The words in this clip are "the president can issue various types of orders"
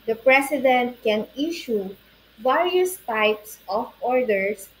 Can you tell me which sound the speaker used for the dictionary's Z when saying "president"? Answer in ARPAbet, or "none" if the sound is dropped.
S